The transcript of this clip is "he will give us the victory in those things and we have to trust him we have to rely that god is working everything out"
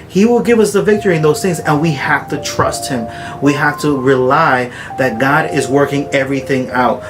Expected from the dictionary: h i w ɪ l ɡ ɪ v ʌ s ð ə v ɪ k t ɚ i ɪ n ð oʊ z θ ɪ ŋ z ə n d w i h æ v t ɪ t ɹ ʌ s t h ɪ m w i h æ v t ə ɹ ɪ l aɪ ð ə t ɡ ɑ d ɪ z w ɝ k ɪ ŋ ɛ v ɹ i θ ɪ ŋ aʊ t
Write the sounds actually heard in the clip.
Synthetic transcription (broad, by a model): h i w ɪ l ɡ ɪ v ʌ s ð ə v ɪ k t ɚ i ɪ n ð oʊ z θ ɪ ŋ z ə n w i h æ f t ɪ t ɹ ʌ s t h ɪ m w i h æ f t ə ɹ ɪ l aɪ ð ə t ɡ ɑ d ɪ z w ɝ k ɪ ŋ ɛ v ɹ i θ ɪ ŋ aʊ t